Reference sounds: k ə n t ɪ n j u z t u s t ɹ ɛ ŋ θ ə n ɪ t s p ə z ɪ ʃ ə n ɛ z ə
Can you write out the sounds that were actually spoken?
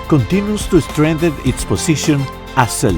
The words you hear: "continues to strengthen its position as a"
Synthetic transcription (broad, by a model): k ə n t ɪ n j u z t u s t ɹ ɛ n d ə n ɪ t s p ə s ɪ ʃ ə n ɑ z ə